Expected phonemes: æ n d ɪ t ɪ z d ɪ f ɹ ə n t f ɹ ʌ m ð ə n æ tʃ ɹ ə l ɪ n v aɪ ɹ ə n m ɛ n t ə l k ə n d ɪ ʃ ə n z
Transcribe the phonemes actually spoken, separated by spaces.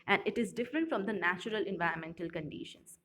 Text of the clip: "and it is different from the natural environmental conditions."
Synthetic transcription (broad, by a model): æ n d ɪ t ɪ z d ɪ f ɹ ə n t f ɹ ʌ m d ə n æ tʃ ɹ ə l ɪ n v aɪ ɹ ə n m ɛ n t ə l k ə n d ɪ ʃ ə n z